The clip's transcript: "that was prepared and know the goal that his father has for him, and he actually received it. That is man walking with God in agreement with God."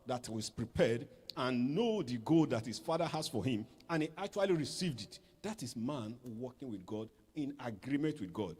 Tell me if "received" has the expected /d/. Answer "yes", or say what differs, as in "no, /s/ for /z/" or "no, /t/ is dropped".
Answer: yes